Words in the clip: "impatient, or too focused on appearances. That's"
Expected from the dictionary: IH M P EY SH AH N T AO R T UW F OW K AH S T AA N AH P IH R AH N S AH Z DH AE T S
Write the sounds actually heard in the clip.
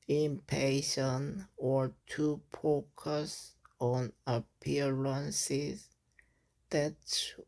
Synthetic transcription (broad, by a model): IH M P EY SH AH N AO R T UW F OW K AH S AA N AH P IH R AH N S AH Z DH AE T